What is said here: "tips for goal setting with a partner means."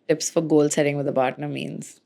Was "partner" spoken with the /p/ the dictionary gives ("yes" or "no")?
no